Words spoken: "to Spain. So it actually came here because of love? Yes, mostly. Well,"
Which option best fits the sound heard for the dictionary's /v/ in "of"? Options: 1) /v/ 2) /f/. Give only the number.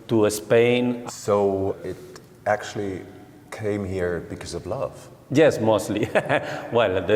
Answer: 1